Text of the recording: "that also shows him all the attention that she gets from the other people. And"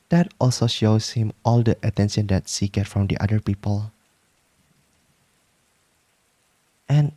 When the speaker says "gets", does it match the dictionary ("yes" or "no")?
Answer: no